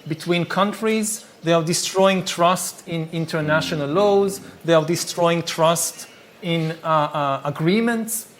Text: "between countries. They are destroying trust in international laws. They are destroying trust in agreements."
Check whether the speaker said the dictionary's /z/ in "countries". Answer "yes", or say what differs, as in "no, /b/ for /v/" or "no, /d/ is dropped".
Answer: yes